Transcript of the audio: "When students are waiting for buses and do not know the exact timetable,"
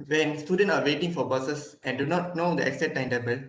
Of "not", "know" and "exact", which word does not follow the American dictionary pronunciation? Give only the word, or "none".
exact